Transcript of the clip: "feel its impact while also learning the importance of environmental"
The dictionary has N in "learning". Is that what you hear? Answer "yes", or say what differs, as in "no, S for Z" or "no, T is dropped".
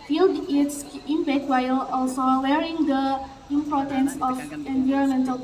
no, N is dropped